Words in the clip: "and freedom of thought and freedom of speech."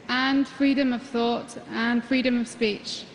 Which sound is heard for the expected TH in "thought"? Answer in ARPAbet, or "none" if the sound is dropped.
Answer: TH